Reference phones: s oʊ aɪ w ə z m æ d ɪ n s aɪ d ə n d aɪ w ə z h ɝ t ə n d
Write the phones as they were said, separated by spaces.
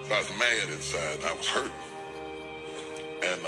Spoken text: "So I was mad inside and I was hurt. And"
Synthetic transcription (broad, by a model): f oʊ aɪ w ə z m æ d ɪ n s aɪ ə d aɪ w ə z h ɝ t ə n